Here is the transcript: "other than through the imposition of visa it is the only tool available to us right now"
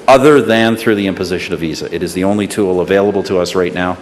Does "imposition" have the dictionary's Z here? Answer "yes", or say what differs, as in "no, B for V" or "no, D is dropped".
yes